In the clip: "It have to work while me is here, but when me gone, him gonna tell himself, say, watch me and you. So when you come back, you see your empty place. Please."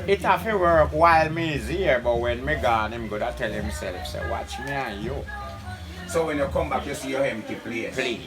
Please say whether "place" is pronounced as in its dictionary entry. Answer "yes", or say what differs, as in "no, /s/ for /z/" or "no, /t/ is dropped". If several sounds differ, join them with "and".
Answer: no, /s/ is dropped